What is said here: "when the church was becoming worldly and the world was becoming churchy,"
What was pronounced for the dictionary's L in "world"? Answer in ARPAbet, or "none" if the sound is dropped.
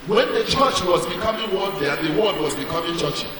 N